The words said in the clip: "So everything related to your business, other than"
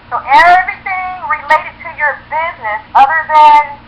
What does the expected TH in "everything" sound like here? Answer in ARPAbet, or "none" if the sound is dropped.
TH